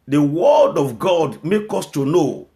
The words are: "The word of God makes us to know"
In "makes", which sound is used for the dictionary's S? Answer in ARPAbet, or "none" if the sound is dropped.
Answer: none